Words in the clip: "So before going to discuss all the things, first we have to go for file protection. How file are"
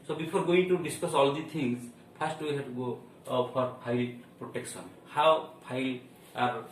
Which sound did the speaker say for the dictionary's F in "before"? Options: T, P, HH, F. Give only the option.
P